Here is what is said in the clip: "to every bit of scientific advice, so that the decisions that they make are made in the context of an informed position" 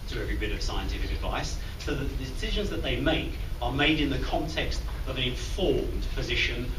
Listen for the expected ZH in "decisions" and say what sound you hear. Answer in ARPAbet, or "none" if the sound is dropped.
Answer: ZH